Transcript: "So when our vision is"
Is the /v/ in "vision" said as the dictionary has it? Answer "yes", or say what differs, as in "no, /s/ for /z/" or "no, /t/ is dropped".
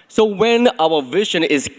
yes